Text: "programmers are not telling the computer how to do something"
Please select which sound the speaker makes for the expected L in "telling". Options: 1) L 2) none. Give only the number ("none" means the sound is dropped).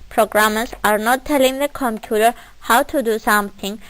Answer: 1